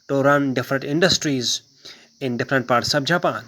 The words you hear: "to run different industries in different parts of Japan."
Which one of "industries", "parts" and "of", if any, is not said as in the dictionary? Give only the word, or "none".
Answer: of